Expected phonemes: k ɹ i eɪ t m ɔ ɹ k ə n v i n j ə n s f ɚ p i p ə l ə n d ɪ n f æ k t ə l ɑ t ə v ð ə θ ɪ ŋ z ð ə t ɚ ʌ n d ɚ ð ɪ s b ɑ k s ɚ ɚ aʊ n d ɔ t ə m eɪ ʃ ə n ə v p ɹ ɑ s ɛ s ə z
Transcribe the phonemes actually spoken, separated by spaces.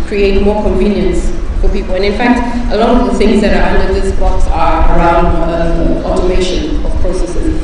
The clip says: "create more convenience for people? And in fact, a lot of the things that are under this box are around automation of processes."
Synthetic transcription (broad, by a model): k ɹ i eɪ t m ɔ k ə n v i n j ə n s f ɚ p i p ə l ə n ɪ n f æ k t ə l ɑ t ə v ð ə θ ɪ ŋ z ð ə t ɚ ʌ n d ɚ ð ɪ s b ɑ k s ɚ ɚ aʊ n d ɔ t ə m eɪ ʃ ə n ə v p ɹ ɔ s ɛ s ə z